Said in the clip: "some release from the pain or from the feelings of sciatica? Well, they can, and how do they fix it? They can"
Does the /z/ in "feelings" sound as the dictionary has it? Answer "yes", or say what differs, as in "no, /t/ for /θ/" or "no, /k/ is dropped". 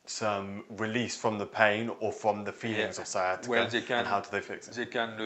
yes